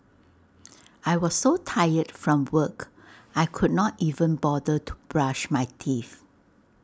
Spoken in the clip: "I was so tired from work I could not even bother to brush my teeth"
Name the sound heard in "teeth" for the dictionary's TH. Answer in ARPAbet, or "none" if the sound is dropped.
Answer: F